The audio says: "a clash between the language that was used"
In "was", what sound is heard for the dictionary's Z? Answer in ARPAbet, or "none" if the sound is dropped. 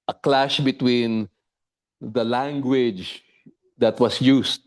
S